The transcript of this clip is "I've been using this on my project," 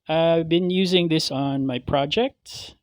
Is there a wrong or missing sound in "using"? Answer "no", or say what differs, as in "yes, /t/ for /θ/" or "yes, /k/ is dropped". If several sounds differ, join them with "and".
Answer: no